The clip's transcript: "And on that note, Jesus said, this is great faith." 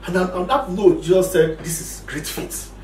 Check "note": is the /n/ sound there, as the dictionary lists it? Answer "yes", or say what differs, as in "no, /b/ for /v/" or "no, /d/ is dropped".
no, /l/ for /n/